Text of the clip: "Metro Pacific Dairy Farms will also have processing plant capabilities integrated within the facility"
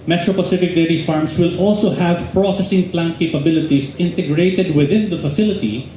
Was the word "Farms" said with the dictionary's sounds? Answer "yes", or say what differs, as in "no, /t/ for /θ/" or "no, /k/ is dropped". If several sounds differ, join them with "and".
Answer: no, /s/ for /z/